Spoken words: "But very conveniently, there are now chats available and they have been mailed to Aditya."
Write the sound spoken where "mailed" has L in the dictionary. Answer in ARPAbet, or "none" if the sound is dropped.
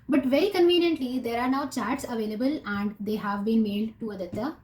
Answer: none